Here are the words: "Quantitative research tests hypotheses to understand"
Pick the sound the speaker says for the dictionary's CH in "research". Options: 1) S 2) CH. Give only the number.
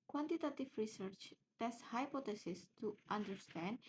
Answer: 2